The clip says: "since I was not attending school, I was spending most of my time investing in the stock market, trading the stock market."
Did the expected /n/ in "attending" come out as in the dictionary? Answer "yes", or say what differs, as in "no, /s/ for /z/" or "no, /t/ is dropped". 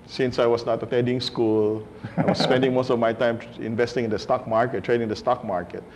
no, /n/ is dropped